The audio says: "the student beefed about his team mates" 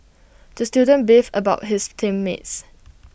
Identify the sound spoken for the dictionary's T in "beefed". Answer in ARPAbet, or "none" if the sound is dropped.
none